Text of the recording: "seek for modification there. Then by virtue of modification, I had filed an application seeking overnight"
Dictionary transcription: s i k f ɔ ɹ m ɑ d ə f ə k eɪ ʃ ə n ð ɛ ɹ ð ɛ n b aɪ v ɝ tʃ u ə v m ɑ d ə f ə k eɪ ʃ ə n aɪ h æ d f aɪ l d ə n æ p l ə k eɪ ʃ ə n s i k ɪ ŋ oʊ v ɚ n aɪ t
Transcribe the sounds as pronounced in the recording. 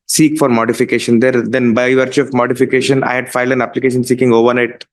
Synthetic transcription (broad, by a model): s i k f ɔ ɹ m ɑ d ə f ə k eɪ ʃ ə n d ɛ ɹ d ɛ n b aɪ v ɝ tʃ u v m ɑ d ə f ə k eɪ ʃ ə n aɪ h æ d f aɪ l d ə n æ p l ə k eɪ ʃ ə n s i k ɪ ŋ oʊ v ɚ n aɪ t